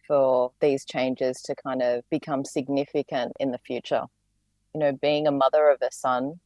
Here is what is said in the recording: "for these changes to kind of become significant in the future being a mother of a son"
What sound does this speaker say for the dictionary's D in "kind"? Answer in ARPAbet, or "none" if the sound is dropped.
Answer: D